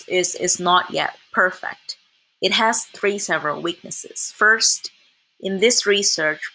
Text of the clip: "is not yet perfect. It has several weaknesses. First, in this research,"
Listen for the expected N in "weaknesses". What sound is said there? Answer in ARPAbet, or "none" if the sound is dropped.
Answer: N